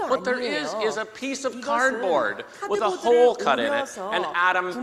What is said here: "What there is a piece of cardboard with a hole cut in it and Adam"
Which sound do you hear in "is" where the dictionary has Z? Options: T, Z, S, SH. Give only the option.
Z